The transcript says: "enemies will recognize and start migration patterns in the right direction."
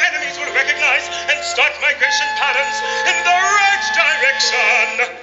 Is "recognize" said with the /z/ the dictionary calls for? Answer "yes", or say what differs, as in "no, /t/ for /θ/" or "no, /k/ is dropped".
yes